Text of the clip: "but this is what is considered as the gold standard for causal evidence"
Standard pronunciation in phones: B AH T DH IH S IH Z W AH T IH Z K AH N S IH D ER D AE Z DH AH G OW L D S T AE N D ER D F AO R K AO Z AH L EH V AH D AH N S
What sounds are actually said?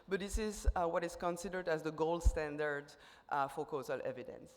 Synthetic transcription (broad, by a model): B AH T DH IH S IH Z W AH T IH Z K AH N S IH D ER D AE Z DH AH G OW L D S T AE N D ER D F AO R K AO Z AH L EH V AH D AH N S